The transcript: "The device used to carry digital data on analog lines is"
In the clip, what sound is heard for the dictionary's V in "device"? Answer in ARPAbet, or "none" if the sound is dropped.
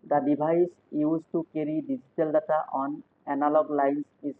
B